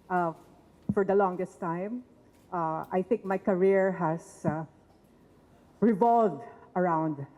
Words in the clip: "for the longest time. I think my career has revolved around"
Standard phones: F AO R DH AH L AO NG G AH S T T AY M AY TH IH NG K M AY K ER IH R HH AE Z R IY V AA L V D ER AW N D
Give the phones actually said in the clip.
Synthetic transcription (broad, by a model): F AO R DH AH L AO NG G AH S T T AY M AY TH IH NG K M AY K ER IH R HH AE S R IY V AA L V D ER AW N D